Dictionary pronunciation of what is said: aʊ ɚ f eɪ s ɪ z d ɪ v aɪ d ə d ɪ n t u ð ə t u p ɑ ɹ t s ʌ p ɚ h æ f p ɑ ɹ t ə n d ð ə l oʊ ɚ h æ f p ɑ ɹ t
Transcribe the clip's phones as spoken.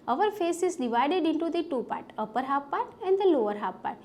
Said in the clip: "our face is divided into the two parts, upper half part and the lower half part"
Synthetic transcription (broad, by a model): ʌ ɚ f eɪ s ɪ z d ɪ v aɪ d ə d ɪ n t u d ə t u p ɑ ɹ t ʌ p ɚ h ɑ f p ɑ ɹ t ə n d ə l oʊ ɚ h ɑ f p ɑ ɹ t